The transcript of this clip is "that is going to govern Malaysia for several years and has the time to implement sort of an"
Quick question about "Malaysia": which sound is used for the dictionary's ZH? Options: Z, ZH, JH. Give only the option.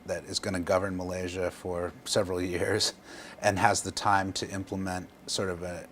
ZH